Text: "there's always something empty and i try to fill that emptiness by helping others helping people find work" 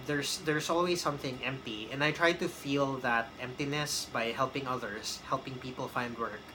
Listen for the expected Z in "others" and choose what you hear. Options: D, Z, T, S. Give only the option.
S